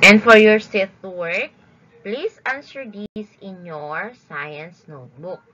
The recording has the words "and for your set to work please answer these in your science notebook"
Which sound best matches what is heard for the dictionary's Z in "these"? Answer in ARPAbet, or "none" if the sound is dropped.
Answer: S